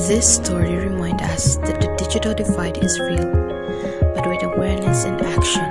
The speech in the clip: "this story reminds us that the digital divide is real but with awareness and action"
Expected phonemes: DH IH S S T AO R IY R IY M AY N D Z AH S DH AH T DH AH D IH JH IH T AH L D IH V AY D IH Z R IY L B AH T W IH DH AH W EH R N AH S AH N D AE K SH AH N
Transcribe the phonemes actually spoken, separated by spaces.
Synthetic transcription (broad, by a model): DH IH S S T AO R IY R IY M AY N D AH S DH AH T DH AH D IH JH IH T AH L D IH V AY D IH Z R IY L B AH T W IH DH AH W EH R N AH S AH N D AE K SH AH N